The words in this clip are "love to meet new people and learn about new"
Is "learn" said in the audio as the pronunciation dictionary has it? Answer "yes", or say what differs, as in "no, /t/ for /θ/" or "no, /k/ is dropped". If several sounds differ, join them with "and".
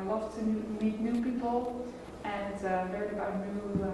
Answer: no, /n/ is dropped